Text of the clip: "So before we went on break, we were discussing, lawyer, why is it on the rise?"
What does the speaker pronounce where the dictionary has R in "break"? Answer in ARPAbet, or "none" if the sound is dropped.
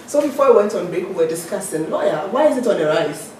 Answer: none